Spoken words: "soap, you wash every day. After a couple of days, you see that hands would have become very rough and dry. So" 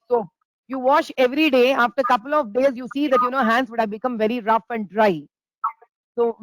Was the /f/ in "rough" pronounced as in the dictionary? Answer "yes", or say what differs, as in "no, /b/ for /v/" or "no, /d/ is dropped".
yes